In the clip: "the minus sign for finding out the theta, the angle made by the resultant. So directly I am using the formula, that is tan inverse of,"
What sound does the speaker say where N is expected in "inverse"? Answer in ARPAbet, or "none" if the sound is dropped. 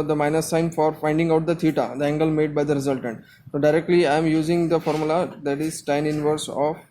N